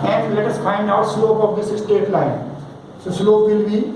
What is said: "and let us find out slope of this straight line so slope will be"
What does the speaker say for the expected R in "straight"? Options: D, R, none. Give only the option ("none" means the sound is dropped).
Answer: none